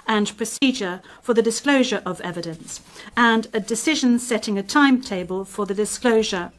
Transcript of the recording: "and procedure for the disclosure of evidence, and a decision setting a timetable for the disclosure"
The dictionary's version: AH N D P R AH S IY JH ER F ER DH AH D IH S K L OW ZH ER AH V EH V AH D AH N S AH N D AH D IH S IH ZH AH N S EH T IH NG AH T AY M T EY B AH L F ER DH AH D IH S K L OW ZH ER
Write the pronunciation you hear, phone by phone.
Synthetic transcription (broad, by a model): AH N P R AH S IY JH ER F ER DH AH D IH S K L OW ZH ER AH V EH V AH D AH N S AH N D AH D IH S IH ZH AH N S EH T IH NG AH T AY M T EY B AH L F ER DH AH D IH S K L OW ZH ER